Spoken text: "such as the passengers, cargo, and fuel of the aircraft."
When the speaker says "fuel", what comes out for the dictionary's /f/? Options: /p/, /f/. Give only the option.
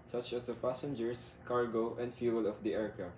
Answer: /f/